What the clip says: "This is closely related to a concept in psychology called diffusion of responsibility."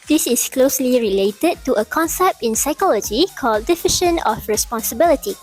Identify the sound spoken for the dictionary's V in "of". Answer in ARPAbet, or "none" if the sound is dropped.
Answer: F